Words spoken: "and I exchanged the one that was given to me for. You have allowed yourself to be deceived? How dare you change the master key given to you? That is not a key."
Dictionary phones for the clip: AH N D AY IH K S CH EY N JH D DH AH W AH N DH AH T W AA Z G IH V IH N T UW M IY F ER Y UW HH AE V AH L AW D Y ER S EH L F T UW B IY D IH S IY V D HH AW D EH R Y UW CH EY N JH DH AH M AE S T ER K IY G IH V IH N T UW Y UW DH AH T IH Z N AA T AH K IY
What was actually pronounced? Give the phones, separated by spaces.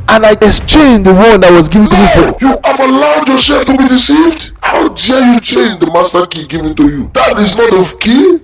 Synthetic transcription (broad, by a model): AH N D AY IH S CH EY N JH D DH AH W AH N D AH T W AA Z G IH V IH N T UW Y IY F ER Y UW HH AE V AH L AW D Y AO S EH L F T UW B IY D IH S IY V D HH AW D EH Y UW CH EY N JH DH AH M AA S T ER K IY G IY V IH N T UW Y UW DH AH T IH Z N AA T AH K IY